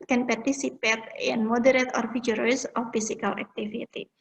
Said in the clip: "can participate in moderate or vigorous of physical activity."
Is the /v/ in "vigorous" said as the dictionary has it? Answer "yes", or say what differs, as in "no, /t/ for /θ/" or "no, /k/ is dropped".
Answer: no, /f/ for /v/